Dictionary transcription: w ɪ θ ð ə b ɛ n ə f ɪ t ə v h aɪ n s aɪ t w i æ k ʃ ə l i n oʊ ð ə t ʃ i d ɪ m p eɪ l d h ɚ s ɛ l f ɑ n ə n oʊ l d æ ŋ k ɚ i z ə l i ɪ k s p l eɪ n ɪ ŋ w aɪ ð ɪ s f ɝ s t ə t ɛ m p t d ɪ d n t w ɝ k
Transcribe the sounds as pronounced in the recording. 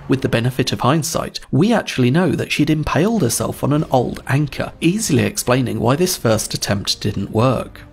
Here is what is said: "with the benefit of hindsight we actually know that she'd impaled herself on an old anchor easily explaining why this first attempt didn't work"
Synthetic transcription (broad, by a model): w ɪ ð ə b ɛ n ə f ɪ t ə v h aɪ n s aɪ t w i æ k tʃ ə l i n oʊ ð ə t ʃ i d ɪ m p eɪ l d h ɚ s ɛ l f n ə n oʊ l d æ ŋ k ɚ i z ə l i ɪ k s p l eɪ n ɪ ŋ w aɪ ð ɪ s f ɝ s t ə t ɛ m p t d ɪ d n t w ɝ k